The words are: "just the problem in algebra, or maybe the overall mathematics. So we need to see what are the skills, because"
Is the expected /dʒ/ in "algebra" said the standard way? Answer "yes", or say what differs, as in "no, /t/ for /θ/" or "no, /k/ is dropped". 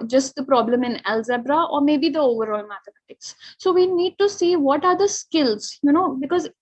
no, /z/ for /dʒ/